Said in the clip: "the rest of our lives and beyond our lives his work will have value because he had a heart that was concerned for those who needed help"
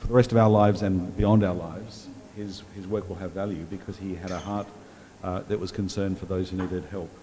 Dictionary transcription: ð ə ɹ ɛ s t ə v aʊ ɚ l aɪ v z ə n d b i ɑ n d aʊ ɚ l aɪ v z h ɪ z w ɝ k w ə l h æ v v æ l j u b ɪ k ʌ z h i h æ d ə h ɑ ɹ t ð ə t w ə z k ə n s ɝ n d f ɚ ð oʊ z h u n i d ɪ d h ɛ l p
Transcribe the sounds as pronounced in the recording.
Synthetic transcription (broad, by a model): ð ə ɹ ɛ s t ə v aʊ ɚ l aɪ v z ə n b i ɑ n d aʊ ɚ l aɪ v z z ɪ z w ɝ k w ə l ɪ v v æ l j u b ɪ k ʌ z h i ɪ d ə h ɑ ɹ t ð ə t w ə z k n s ɝ n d f ɚ ð oʊ z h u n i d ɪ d h ɛ l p